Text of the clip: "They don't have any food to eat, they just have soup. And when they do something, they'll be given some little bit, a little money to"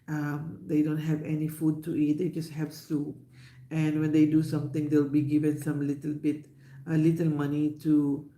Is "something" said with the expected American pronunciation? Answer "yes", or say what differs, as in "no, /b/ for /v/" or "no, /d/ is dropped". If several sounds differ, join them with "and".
no, /t/ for /θ/